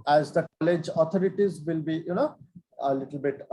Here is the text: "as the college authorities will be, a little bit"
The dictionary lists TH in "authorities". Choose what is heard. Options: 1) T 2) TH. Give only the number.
1